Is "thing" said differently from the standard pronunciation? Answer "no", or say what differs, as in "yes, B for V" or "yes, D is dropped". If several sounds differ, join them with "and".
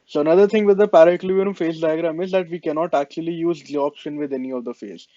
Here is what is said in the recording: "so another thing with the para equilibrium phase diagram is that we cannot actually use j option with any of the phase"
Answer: yes, T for TH